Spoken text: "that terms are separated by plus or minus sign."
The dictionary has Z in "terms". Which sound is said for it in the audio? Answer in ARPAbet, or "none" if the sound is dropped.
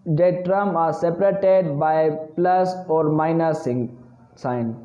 none